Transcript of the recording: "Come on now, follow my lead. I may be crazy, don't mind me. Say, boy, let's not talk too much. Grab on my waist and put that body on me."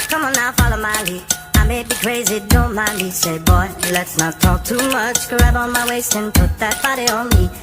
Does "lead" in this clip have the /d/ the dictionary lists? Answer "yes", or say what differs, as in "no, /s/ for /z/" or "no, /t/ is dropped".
no, /d/ is dropped